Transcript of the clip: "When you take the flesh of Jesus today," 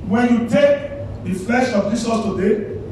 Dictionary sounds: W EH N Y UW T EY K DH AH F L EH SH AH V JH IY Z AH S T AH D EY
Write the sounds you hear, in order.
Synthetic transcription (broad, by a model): W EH N Y UW T EY K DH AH F L EH SH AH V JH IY S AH T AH D EY